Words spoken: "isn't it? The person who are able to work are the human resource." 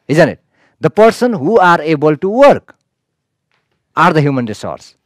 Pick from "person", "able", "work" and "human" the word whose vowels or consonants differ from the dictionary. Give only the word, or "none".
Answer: none